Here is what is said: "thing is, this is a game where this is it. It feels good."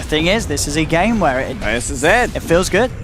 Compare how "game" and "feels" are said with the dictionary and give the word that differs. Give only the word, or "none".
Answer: none